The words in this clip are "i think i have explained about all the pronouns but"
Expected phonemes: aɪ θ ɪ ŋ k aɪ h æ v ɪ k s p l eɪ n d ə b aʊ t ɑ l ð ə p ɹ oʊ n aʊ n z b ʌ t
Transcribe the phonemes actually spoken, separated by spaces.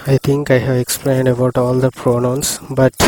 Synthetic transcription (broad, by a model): aɪ t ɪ ŋ k aɪ h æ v ɪ k s p l eɪ n d ə b aʊ t ɑ l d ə p ɹ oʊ n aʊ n s b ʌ t